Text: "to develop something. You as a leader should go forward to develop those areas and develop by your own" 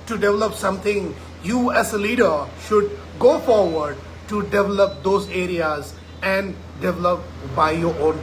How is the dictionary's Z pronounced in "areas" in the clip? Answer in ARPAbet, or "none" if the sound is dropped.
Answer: Z